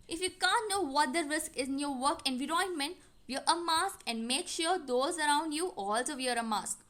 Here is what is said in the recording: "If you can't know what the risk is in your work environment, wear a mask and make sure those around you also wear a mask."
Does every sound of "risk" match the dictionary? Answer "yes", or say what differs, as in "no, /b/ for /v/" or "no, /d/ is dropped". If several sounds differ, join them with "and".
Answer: yes